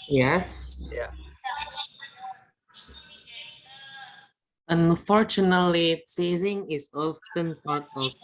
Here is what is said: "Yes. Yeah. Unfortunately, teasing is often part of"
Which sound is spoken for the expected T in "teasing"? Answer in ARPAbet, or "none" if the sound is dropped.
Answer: S